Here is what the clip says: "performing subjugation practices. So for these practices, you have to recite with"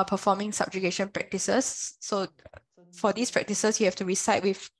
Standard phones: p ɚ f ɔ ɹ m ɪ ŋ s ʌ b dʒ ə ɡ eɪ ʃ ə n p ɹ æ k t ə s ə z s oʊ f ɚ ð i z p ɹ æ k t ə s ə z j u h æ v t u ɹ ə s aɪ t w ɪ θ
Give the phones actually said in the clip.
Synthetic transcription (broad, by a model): p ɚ f ɔ m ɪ ŋ s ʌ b dʒ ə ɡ eɪ ʃ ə n p ɹ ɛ k t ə s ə s oʊ f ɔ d i s p ɹ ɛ k t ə s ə s j u h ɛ f t u ɹ ə s aɪ t w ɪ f